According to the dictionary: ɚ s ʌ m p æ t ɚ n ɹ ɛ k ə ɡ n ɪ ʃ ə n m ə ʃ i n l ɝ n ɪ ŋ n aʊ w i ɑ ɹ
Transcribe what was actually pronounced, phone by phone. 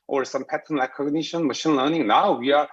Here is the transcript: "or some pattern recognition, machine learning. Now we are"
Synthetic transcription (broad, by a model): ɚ s ʌ m p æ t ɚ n l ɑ k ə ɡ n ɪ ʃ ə n m ə ʃ i n l ɝ n ɪ ŋ n aʊ w i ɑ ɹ